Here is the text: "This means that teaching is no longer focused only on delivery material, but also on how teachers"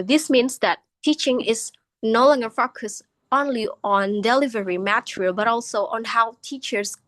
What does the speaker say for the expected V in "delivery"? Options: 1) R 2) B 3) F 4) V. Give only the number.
4